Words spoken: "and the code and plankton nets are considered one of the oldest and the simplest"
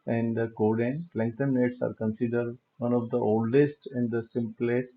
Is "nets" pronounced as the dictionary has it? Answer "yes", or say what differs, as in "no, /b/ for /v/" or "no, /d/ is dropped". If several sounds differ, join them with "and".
yes